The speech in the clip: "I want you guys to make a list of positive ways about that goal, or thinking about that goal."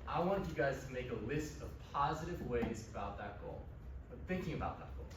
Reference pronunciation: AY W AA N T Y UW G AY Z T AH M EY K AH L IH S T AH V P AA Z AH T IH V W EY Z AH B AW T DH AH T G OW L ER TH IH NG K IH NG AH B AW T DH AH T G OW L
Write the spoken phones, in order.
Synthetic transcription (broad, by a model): AY W AA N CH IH G AY Z T AH M EY K AH L IH S T AH V P AA Z AH T IH V W EY Z AH B AW T DH AH T G OW L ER TH IH NG K IH NG AH B AW T DH AH T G OW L